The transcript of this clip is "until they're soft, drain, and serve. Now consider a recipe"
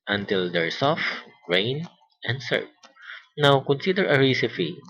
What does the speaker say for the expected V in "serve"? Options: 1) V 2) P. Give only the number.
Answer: 2